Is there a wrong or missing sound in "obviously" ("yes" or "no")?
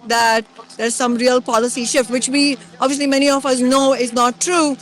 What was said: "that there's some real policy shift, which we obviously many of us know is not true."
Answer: no